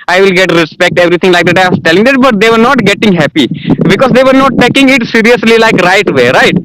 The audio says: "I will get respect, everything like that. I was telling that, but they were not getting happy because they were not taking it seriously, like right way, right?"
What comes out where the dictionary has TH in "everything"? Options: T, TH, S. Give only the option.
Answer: T